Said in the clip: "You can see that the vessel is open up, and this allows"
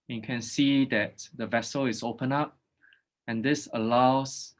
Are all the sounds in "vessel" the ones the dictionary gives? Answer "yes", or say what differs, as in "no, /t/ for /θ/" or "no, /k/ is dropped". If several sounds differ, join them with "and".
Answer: yes